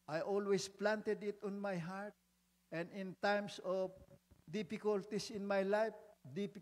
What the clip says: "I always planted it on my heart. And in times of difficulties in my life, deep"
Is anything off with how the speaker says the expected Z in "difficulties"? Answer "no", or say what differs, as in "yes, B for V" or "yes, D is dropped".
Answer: yes, S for Z